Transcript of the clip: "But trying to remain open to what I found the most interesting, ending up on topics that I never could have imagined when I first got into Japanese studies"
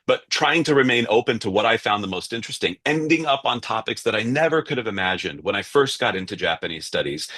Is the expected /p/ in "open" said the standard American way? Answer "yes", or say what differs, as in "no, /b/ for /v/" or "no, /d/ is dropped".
yes